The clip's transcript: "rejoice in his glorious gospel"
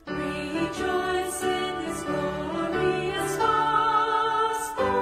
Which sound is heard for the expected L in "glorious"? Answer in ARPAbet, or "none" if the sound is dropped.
none